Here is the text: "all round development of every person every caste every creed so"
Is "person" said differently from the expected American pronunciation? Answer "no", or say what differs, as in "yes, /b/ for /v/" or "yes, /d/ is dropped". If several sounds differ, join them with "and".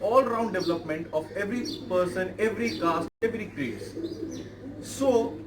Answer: no